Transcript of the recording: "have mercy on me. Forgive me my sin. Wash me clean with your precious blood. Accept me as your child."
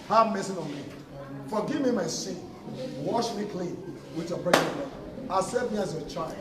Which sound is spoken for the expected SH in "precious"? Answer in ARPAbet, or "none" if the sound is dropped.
none